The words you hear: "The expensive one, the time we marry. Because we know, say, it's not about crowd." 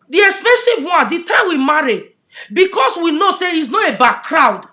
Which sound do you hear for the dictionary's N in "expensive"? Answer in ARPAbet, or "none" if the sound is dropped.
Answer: none